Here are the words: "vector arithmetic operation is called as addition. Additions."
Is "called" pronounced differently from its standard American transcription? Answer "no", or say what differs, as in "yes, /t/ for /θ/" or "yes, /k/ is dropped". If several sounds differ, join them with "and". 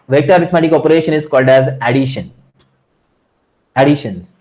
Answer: no